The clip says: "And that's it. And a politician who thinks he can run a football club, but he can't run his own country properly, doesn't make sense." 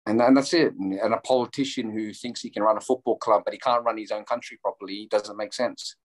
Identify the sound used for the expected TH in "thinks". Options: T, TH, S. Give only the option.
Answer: TH